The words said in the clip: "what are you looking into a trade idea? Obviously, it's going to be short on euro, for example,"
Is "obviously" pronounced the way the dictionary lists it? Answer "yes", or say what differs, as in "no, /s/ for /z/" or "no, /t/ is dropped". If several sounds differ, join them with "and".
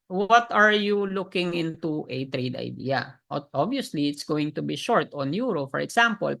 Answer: no, /v/ is dropped